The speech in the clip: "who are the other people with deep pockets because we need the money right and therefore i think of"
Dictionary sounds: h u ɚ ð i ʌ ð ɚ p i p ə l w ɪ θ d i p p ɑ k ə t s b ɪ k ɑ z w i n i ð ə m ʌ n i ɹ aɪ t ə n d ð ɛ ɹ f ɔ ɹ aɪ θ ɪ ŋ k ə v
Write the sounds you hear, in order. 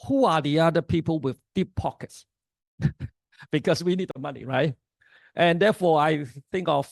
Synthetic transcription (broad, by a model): h u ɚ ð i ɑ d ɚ p i p ə l w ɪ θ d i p p ɑ k ə t s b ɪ k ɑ s w i n i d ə m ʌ n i ɹ aɪ t ə n d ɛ f ɔ aɪ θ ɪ ŋ k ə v